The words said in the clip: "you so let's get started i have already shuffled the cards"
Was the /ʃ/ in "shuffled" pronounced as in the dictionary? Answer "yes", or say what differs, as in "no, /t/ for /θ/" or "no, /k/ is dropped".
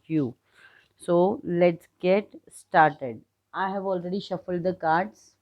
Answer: yes